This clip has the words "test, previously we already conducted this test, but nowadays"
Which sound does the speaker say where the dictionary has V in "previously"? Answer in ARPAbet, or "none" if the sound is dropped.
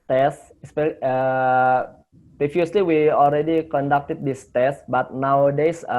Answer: F